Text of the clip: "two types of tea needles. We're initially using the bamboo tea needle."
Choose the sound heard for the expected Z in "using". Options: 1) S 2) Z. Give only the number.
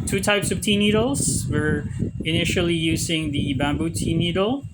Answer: 2